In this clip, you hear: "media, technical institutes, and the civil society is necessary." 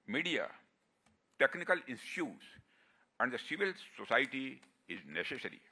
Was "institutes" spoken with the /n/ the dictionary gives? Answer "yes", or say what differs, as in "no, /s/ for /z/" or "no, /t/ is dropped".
no, /n/ is dropped